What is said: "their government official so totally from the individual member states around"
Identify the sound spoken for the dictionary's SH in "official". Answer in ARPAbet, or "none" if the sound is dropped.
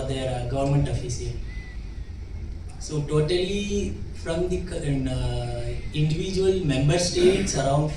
S